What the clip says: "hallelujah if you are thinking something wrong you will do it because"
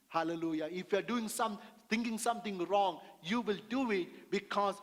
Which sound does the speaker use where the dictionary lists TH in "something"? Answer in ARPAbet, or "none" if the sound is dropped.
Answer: T